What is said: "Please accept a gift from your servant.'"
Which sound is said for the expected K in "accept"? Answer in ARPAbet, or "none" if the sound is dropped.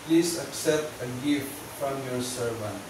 K